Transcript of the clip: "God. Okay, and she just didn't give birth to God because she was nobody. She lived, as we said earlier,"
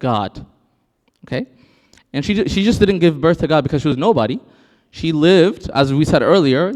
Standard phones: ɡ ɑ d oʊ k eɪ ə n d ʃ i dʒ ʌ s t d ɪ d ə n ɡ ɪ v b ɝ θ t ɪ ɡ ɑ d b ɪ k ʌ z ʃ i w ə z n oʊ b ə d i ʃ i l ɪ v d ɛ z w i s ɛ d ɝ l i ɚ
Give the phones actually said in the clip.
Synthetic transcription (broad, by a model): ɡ ɑ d oʊ k eɪ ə n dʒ ʃ i dʒ ʌ s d ɪ d n ɡ ɪ v b ɝ θ t ɪ ɡ ɑ d b ɪ k ʌ z ʃ i w ə z n oʊ b ə d i ʃ i l ɪ v d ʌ z w i s ɛ d ɝ l i ɚ